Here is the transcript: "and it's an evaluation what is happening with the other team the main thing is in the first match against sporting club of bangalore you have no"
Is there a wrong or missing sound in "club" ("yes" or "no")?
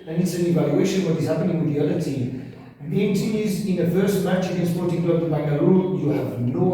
yes